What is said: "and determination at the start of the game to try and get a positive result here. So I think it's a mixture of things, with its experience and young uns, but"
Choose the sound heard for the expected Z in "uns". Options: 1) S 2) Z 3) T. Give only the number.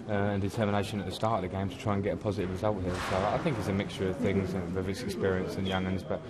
2